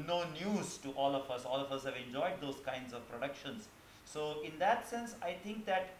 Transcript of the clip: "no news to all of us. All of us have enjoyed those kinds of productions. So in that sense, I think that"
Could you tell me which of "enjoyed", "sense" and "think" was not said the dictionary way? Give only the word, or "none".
think